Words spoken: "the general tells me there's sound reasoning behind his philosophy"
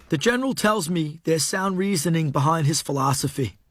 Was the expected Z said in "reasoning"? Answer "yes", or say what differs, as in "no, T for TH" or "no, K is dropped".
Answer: yes